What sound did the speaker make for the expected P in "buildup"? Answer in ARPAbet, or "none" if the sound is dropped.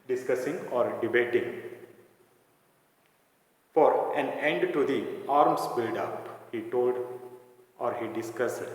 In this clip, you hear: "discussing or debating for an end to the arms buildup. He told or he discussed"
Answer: P